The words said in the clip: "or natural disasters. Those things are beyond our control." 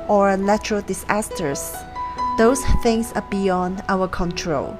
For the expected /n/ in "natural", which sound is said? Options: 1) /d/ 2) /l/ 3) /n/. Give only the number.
2